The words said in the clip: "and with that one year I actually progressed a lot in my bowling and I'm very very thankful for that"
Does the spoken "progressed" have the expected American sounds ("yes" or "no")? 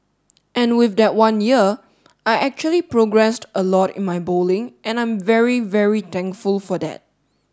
yes